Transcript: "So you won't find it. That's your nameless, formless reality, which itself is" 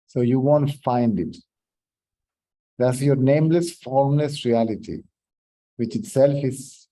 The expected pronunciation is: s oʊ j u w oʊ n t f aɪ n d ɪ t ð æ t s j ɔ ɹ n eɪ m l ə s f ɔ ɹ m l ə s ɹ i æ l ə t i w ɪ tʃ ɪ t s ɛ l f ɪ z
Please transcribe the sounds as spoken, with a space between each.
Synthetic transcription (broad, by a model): s oʊ j u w oʊ n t f aɪ n d ɪ t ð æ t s j ɔ ɹ n eɪ m l ə s f ɔ ɹ m l ə s ɹ i æ l ə t i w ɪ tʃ ɪ t s ɛ l f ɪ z